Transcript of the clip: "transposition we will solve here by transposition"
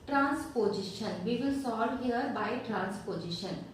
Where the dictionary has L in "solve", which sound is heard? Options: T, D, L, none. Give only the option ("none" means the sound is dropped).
none